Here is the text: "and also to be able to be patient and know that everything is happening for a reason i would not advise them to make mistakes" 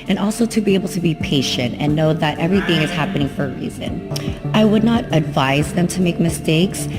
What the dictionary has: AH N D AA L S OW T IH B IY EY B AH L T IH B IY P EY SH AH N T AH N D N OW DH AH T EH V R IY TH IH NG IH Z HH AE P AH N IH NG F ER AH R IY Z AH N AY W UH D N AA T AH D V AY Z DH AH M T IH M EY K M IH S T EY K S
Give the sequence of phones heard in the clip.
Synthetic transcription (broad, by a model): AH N AA L S OW T IH B IY EY B L T IH B IY P EY SH AH N T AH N N OW DH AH T EH V R IY TH IH NG IH Z HH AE P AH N IH NG F ER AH R IY Z AH N AY W UH D N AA T AH D V AY Z DH AH M T IH M EY K M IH S T EY K S